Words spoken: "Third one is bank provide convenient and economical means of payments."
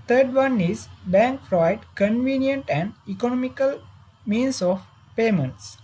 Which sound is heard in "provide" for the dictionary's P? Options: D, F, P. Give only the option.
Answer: F